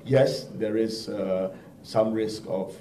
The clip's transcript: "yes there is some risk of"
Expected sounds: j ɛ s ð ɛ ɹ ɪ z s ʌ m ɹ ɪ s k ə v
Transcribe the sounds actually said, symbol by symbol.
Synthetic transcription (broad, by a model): j ɛ s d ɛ ɹ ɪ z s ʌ m ɹ ɪ s k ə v